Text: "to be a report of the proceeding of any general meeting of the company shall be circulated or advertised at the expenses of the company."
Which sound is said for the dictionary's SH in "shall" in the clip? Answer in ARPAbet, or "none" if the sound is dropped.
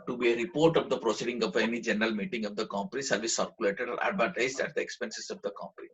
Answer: S